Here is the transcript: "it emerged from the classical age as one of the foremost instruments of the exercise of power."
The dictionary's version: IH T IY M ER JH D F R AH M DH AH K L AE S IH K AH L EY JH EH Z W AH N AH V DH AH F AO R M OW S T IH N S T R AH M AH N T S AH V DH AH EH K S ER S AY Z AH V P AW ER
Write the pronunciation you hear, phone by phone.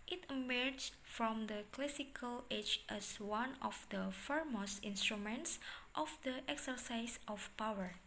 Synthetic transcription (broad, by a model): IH T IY M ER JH F R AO M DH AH K L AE S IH K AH L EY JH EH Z W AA N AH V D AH F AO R M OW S IH N S T R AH M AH N T S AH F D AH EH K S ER S AY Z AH F P AW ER